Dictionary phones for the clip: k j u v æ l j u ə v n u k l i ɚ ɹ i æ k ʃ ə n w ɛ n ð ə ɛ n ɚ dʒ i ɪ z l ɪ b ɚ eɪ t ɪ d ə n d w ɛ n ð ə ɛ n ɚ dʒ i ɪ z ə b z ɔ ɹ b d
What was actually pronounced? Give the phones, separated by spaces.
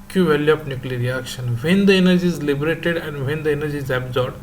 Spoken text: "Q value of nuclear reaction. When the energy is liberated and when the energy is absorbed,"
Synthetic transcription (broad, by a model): k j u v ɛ l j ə p n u k l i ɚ ɹ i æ k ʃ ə n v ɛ n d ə ɛ n ɚ dʒ i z l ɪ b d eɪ t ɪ d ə n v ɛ n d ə ɛ n ɚ dʒ i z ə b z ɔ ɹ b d